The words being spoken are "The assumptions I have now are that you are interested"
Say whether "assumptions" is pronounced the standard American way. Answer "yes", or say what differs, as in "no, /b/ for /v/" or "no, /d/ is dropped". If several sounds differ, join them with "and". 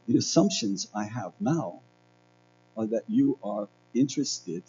yes